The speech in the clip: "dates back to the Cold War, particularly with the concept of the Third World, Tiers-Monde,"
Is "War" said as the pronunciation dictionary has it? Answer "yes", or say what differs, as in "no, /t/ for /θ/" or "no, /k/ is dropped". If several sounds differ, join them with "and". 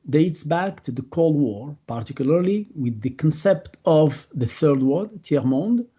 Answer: yes